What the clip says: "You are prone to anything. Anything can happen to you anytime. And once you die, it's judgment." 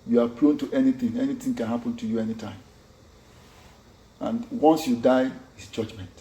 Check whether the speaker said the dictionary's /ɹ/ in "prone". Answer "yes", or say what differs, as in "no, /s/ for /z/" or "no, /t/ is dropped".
no, /l/ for /ɹ/